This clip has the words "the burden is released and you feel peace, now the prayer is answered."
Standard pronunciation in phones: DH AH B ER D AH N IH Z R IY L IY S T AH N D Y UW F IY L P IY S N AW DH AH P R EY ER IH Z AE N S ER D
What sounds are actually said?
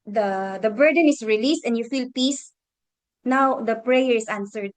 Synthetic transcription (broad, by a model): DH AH B ER D AH N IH S R IY L IY S T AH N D Y UW F IY L P IY S N AW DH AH P R EY ER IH S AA N S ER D